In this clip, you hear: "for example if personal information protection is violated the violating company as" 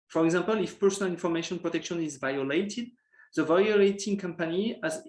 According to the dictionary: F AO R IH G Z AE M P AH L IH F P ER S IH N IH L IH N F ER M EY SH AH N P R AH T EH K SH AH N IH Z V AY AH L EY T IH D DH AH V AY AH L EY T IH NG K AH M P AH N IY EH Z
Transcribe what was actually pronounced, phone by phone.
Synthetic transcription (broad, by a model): F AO R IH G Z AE M P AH L IH F P ER S IH N IH L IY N F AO M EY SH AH N P R AH T EH K SH AH N IH Z V AY AH L EY T IH D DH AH V AY AH L EY T IH NG K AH M P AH N IY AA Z